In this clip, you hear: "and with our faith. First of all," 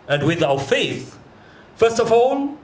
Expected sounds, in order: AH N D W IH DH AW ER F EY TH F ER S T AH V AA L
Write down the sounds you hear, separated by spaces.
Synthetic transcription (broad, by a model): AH N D W IH DH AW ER F EY TH F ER S T AH V AA L